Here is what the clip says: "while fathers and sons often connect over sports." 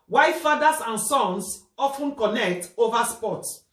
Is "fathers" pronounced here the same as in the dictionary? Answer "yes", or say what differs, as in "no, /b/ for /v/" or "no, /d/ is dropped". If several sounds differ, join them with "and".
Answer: no, /s/ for /z/